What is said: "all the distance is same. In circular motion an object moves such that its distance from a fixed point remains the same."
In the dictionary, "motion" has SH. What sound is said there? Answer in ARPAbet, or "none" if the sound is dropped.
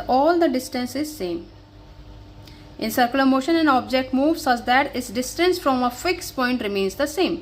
SH